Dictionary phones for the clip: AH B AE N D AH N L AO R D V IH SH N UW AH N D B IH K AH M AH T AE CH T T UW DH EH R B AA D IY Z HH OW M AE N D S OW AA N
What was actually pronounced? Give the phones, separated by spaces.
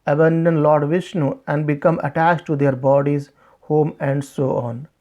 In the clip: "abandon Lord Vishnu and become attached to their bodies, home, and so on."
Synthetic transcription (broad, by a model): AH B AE N D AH N L AO R D V IH SH N UW AH N D B IH K AH M AH T AE CH T T UW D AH R B AA D IY Z HH OW M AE N D S OW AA N